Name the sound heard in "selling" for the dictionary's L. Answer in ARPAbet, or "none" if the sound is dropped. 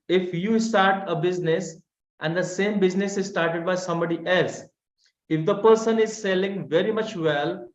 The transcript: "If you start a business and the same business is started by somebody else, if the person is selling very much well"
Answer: L